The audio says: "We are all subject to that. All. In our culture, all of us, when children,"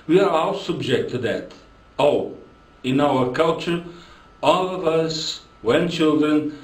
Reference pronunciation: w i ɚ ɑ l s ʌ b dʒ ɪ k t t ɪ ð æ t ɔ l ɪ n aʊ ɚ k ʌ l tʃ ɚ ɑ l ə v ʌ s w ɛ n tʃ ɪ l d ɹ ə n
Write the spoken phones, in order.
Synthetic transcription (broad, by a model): w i ɚ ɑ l s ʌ b dʒ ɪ k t t ɪ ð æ t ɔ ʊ ɪ n aʊ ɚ k ʌ l tʃ ɚ ɑ l ə v ʌ s w ɛ n tʃ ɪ l d ɹ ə n